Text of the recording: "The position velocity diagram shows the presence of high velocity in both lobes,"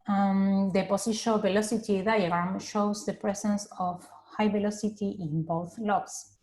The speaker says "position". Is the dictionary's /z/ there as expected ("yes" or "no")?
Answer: no